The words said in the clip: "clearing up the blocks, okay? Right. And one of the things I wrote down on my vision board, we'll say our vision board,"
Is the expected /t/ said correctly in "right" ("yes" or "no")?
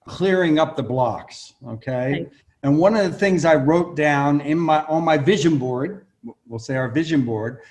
no